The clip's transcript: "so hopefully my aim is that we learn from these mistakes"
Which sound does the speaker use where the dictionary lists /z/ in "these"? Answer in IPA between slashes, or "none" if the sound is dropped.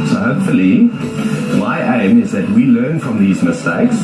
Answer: /z/